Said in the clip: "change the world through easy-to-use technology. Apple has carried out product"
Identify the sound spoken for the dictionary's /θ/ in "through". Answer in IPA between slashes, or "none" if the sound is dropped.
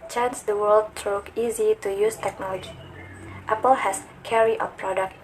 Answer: /t/